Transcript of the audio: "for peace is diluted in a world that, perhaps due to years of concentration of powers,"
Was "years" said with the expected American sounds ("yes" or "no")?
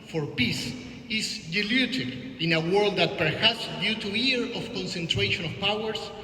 no